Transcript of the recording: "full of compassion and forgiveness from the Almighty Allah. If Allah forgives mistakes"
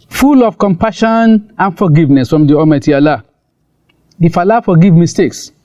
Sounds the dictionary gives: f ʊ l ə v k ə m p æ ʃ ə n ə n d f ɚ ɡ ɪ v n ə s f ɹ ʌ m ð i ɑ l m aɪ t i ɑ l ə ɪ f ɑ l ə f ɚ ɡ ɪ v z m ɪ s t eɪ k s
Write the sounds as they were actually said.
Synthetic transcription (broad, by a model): f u l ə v k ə m p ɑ ʃ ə n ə n f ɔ ɡ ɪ v n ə s f ɹ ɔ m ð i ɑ m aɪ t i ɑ l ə ɪ f ɑ l ə f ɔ ɡ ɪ v m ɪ s t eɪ k s